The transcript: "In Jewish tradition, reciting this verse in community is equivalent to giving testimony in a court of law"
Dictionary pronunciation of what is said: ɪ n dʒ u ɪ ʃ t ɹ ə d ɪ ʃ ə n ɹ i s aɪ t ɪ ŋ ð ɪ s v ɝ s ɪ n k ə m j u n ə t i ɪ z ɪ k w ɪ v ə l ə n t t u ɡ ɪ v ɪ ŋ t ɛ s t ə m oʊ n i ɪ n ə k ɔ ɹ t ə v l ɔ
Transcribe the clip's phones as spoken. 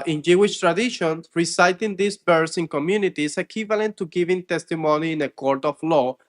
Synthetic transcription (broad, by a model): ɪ n dʒ u ɪ ʃ t ɹ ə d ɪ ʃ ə n ɹ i s aɪ t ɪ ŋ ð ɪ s b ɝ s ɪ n k ə m j u n ə t i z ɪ k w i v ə l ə n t t u ɡ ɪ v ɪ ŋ t ɛ s t ə m oʊ n i ɪ n ə k ɔ ɹ t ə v l ɔ